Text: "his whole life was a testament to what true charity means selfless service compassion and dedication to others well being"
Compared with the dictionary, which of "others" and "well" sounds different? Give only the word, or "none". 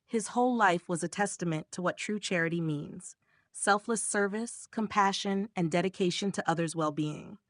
none